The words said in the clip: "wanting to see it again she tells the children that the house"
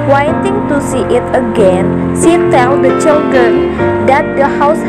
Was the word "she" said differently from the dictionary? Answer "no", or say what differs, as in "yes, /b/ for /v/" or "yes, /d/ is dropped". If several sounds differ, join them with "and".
yes, /s/ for /ʃ/